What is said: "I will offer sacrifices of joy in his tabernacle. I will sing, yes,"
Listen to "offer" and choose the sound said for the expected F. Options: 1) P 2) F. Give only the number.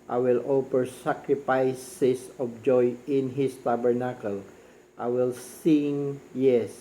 1